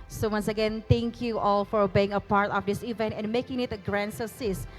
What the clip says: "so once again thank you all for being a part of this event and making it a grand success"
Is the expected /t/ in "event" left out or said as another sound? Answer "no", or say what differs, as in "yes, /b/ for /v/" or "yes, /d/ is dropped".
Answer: no